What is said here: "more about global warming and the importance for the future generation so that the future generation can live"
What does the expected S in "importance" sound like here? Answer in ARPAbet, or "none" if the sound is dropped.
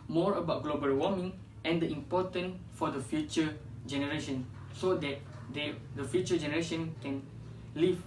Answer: none